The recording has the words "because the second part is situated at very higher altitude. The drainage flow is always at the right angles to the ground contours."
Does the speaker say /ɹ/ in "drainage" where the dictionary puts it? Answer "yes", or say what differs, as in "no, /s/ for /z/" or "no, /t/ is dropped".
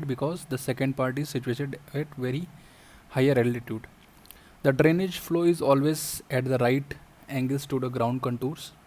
yes